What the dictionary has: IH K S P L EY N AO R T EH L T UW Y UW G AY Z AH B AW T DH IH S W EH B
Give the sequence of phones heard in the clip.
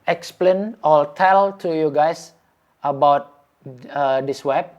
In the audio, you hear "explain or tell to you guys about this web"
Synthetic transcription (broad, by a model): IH K S P L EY N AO L T EH L T UW Y UW G AY S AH B AW T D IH S W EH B